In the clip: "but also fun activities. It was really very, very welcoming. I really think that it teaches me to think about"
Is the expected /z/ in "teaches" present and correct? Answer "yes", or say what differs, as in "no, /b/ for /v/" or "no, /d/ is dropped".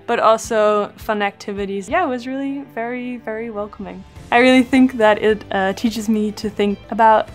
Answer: yes